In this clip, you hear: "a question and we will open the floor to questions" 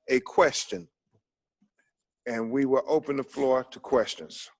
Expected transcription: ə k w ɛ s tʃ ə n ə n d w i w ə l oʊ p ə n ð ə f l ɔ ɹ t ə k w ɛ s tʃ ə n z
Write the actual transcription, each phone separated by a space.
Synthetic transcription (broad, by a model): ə k w ɛ s tʃ ə n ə n w i w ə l oʊ p ə n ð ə f l ɔ ɹ t ə k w ɛ s tʃ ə n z